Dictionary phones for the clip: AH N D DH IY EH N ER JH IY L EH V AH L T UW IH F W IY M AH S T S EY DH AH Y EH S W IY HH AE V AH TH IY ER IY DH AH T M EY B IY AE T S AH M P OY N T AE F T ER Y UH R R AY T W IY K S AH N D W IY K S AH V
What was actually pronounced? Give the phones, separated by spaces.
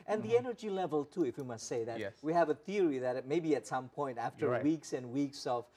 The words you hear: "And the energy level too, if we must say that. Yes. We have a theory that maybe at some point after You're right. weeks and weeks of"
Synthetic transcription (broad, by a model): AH N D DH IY EH N ER JH IY L EH V AH L T UW IH F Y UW M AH S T S EY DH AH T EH W IY HH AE V AH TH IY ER IY DH AH T M EY B IY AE T S AH M P OY N T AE F T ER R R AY W IY K S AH N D W IY K S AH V